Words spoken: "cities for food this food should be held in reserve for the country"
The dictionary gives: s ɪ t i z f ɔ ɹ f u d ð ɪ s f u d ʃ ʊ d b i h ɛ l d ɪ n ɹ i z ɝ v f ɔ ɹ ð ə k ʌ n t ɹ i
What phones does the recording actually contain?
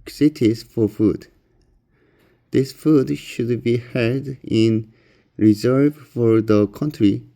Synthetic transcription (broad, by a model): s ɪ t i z f ɔ ɹ f u d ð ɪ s f u d ʃ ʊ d b i h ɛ d ɪ n ɹ i z ɝ v f ɔ ɹ ð ə k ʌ n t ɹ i